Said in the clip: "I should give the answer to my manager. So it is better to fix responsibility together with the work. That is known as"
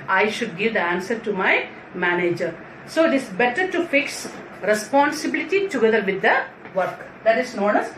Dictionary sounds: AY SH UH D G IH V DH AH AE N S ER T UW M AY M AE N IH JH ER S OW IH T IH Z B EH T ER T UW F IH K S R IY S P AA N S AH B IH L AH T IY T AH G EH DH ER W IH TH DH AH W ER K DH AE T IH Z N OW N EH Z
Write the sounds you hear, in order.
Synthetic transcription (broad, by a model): AY SH UH D G IH V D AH AE N S ER T UW M AY M AE N IH JH ER S OW IH T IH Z B EH T ER T UW F IH K S R IY S P AA N S AH B IH L AH T IY T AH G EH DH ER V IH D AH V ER K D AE T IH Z N OW N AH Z